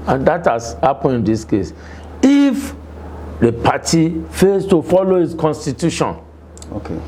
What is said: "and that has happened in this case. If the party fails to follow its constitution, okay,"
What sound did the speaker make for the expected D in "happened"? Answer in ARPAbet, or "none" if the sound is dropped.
none